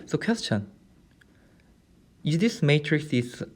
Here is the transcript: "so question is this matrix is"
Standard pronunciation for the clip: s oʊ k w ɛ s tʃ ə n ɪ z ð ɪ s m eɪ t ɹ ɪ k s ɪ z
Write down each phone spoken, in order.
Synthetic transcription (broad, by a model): s oʊ k w ɛ s tʃ ə n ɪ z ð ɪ s m eɪ t ɹ ɪ k s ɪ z